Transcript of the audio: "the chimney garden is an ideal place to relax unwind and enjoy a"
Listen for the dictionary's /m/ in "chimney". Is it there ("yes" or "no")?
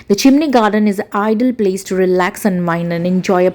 yes